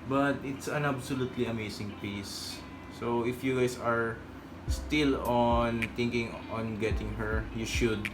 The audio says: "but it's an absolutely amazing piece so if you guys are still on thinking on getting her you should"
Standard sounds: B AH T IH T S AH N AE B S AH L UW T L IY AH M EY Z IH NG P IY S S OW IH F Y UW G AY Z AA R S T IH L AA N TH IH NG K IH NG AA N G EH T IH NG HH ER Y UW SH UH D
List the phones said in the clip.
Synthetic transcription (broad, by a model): B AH T IH T S AH N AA B S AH L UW T L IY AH M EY S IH NG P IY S S OW IH F Y UW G AY S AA R S T IH L AA N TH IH NG K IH NG AA N G EH T IH NG HH ER Y UW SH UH D